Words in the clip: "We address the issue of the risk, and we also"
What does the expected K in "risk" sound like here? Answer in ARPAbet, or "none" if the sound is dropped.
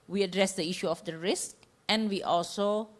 K